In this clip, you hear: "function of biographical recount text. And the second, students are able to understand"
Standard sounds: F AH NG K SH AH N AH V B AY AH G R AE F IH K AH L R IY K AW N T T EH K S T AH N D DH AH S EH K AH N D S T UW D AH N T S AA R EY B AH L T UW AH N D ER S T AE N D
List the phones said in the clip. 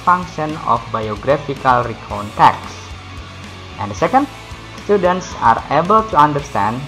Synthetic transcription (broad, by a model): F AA NG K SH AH N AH F B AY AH G R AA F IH K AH L R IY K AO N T T EH K S T AH N D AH S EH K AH N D S T UW D AH N T S AA R EY B AH L T UW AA N D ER S T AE N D